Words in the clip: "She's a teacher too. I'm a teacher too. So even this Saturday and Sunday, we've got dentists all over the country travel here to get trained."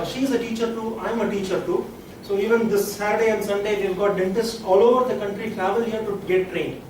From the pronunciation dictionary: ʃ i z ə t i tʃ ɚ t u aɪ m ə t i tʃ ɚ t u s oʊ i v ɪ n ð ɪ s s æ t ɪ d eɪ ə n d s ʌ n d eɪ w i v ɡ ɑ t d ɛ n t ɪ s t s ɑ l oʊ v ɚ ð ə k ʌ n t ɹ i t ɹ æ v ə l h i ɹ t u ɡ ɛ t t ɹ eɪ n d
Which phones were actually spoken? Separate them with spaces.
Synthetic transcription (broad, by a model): ʃ i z ə t i tʃ ɚ t u aɪ m ə t i tʃ ɚ t u s oʊ i v ɪ n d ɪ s s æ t d eɪ ə n d s ʌ n d eɪ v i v ɡ ɑ t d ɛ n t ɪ s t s ɑ l oʊ v ɚ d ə k ʌ n t ɹ i t ɹ æ v ə l h i ɹ t u ɡ ɛ t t ɹ eɪ n d